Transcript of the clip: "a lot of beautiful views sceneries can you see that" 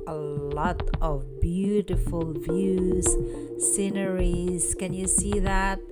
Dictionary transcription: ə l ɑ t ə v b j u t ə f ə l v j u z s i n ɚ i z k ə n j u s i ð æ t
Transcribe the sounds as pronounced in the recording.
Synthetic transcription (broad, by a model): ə l ɑ t ə v b j u t ə f ə l v j u z s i n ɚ i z k ə n j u s i ð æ t